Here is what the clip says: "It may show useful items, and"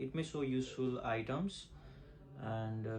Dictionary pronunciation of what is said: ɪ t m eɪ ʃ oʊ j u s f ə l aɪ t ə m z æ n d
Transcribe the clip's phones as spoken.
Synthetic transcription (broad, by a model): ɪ t m eɪ s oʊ j u s f ə l aɪ t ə m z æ n d